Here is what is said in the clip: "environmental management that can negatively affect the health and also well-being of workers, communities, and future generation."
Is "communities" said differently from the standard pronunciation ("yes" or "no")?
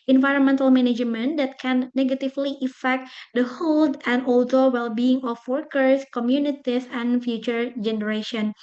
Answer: yes